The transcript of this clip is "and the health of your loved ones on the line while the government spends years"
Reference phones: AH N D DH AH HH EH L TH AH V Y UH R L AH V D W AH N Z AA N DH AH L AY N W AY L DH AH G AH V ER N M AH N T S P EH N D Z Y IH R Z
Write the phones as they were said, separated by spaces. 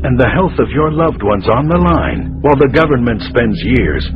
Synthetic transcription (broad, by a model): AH N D DH AH HH EH L TH AH V Y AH R L AH V D W AH N Z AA N DH AH L AY N W AY L DH AH G AH V ER N M AH N T S P EH N D Z Y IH R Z